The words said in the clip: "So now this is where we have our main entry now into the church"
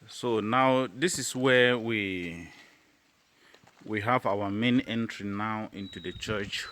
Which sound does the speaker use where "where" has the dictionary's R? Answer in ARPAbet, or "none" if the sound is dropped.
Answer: W